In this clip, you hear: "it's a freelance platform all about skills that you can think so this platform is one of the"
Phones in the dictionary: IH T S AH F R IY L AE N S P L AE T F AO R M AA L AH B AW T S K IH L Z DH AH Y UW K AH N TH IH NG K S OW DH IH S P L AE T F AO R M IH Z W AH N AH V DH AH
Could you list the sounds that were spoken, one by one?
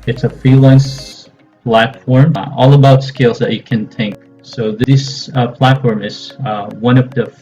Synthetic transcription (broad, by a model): IH T S AH F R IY L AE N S P L AE T F AO R M AA L AH B AW T S K IH L Z DH AH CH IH K AH N TH IH NG K S OW DH IH S P L AE T F AO R M IH Z W AH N AH V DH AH